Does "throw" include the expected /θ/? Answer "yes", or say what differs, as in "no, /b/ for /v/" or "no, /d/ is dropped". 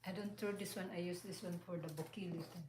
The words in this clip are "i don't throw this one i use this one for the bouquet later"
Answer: no, /t/ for /θ/